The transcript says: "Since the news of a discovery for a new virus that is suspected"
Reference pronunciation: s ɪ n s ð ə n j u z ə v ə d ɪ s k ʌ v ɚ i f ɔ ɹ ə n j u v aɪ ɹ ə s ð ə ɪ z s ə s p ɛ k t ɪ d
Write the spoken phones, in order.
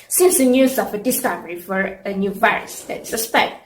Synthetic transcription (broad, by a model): s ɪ n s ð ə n j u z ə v ə d ɪ s k ʌ v ɚ i f ɔ ɹ ə n j u v aɪ ɹ ə s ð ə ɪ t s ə s p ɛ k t